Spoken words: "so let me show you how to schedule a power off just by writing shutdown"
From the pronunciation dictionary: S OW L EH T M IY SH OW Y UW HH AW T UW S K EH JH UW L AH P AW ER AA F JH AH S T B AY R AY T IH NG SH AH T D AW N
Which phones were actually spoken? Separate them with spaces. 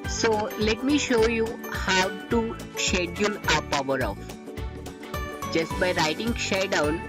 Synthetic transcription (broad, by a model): S OW L EH T M IY SH OW Y UW HH AW T UW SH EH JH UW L AH P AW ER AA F JH AH S T B AY R AY T IH NG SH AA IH D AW N